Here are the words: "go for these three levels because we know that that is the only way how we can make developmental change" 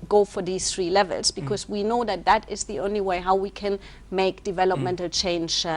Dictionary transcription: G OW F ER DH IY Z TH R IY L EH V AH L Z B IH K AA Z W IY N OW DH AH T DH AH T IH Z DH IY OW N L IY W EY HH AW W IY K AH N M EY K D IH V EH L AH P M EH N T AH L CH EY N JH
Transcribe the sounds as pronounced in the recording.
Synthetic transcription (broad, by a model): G OW F ER DH IY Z TH R IY L EH V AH L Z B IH K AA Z W IY N OW DH AH T DH AH T IH Z DH IY OW N L IY W EY HH AW W IY K AH N M EY K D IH V EH L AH P M EH N T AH L CH EY N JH